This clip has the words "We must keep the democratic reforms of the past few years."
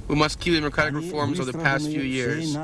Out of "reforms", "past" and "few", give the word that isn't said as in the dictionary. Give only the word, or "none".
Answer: none